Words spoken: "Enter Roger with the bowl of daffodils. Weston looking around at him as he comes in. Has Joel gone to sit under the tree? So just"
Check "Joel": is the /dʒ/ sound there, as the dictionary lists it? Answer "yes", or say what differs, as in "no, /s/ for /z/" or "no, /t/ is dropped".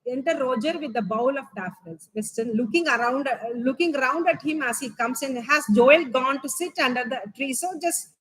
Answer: yes